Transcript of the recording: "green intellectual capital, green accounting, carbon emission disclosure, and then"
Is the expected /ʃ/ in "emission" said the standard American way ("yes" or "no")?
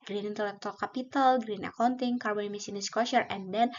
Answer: no